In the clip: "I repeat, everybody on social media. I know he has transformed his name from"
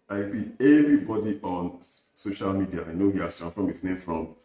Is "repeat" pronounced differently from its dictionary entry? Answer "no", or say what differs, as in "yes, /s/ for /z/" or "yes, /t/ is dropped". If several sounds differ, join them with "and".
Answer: yes, /b/ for /p/ and /t/ is dropped